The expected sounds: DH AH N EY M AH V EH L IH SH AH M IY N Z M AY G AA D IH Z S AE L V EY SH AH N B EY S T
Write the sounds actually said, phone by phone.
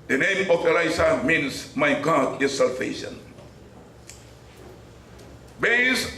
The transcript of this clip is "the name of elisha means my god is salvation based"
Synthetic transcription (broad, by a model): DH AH N EY M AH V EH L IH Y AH M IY N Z M AY G AA D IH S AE L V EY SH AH N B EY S